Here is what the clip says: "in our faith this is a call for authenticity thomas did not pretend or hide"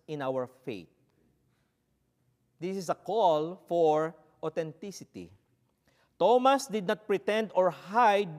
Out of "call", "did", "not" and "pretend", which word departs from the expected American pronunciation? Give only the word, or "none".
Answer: none